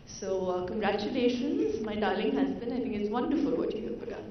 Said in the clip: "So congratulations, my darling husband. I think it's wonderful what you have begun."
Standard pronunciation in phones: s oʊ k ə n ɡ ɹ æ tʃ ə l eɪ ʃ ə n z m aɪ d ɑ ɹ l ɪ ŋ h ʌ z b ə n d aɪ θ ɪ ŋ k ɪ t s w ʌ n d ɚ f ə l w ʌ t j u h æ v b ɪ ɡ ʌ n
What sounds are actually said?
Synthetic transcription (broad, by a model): s oʊ k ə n ɡ ɹ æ tʃ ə l eɪ ʃ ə n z m aɪ d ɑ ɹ l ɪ ŋ h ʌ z b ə n aɪ t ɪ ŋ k ɪ t s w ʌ n d ɚ f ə l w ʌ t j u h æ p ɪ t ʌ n